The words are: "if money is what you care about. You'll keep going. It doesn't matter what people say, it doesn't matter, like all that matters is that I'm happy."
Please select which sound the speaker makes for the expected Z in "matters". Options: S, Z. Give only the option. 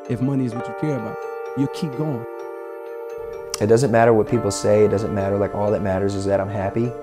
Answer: Z